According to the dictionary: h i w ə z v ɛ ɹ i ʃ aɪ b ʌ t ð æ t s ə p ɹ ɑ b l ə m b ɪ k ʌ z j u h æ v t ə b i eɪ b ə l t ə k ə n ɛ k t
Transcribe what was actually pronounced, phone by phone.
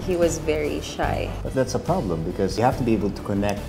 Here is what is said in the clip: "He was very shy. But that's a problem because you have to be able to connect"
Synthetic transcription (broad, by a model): h i w ə z v ɛ ɹ i ʃ aɪ b ʌ t ð æ t s ə p ɹ ɑ b l ə m b ɪ k ʌ z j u h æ f t ə b i eɪ b ə l t ə k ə n ɛ k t